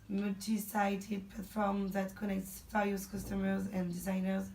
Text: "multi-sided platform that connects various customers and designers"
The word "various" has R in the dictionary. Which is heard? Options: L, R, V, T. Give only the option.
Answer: L